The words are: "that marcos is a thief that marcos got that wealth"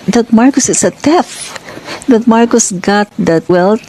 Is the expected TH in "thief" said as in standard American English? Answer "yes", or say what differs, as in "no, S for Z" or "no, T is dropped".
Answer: no, T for TH